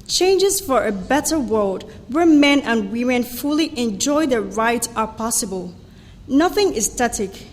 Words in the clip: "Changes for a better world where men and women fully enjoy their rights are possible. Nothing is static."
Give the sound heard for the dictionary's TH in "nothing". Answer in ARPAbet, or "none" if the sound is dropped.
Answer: TH